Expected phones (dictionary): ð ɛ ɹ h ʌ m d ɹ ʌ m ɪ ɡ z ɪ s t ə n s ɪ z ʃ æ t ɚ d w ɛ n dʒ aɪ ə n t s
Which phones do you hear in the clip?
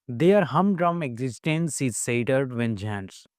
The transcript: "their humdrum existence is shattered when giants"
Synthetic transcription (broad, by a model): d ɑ ɹ h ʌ m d ɹ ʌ m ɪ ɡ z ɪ s t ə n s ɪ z s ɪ t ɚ d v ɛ n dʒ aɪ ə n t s